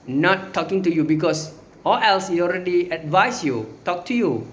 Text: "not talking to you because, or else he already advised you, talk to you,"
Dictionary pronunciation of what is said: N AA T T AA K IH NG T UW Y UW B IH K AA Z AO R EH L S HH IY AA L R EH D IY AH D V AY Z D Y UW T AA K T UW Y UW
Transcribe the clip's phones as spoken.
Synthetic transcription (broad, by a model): N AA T T AA K IH NG T UW Y UW B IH K AA S AO L EH L S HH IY AA L R EH D IY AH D V AY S Y UW T AA K T UW Y UW